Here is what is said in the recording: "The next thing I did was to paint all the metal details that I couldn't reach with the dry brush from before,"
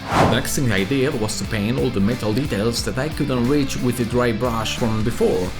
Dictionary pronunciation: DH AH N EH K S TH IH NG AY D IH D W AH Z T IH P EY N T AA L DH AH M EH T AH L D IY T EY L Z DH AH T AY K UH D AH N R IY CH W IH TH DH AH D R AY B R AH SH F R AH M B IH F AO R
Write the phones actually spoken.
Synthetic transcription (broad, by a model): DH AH N EH K S T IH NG AY D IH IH W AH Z T IH P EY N AA L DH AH M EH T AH L D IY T EY L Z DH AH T AY K UH D AH N R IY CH W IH DH AH D R AY B R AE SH F R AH M B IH F AO R